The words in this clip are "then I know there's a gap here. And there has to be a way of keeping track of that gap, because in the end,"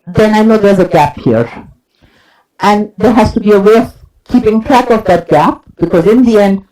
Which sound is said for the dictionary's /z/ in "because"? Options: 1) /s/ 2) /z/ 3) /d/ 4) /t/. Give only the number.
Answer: 2